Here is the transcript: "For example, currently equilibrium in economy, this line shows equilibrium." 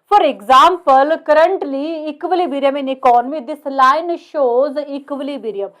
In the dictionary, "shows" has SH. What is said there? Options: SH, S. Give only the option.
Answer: SH